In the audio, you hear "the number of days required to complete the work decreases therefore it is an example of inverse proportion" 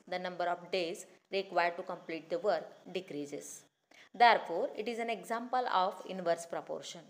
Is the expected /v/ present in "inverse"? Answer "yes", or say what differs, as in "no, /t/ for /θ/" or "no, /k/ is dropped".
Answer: yes